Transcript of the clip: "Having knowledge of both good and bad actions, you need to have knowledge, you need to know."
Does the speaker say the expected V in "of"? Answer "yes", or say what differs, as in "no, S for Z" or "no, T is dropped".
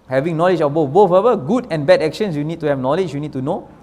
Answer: no, B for V